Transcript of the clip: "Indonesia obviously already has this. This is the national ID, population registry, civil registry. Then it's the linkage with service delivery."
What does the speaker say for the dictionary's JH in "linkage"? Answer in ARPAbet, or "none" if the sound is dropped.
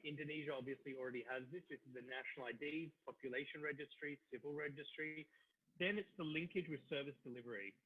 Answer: JH